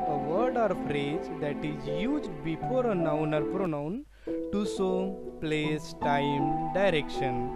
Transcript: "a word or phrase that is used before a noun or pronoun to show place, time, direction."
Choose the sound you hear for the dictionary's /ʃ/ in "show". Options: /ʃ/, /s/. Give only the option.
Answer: /s/